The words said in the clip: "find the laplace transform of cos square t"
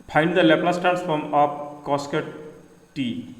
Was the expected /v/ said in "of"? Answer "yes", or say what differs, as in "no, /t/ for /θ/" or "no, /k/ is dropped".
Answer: no, /p/ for /v/